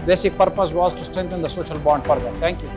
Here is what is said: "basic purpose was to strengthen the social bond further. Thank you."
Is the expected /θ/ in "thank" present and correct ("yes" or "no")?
no